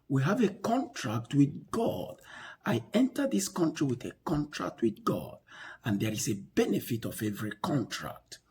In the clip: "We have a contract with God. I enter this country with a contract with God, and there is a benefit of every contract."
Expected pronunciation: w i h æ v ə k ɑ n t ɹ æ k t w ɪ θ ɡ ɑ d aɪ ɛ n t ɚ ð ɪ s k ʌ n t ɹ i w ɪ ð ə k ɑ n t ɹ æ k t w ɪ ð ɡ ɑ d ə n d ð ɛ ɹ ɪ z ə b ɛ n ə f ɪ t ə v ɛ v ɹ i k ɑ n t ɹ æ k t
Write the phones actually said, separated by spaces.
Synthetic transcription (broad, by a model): w i h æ v ə k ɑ n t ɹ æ k t w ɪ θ ɡ ɑ d aɪ ɛ n t ɚ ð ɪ s k ʌ n t ɹ i w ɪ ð ə k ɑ n t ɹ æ k t w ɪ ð ɡ ɑ d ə n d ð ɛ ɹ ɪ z ə b ɛ n ə f ɪ t ə v ɛ v ɹ i k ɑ n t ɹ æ k t